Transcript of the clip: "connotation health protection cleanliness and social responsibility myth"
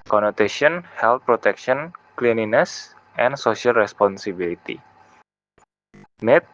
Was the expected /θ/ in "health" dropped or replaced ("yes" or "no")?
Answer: yes